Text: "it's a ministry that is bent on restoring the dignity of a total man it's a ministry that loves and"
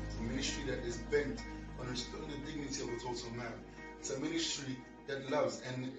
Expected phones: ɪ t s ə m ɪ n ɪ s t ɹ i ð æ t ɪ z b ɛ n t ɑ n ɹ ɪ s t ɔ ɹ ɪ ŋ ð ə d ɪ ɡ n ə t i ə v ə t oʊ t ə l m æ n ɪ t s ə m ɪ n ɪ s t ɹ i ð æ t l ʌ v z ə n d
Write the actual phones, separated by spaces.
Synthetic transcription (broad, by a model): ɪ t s ə m ɪ n ɪ s t ɹ i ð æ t ɪ z b ɛ n t ɑ n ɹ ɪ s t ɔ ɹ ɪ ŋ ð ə d ɪ ɡ n ə t i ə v ə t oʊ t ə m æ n ɪ t s ə m ɪ n ɪ s t ɹ i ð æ t l ʌ v z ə n